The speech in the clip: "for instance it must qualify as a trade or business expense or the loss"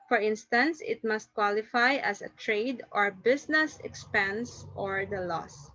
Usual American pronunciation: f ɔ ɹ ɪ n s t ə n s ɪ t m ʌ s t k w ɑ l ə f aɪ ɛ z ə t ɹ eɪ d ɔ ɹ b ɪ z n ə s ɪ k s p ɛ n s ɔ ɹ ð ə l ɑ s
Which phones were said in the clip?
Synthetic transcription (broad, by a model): f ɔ ɹ ɪ n s t ə n s ɪ t m ʌ s t k w ɑ l ə f aɪ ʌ s ə t ɹ eɪ d ɔ ɹ b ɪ s n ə s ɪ k s p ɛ n s ɔ ɹ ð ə l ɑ s